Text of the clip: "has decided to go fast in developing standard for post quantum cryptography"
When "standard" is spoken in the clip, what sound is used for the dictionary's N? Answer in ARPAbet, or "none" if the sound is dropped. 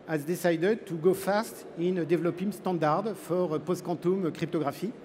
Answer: none